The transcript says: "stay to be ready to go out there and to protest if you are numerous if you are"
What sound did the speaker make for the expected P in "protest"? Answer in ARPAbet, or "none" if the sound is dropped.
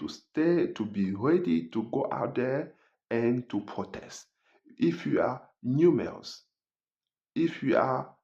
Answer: P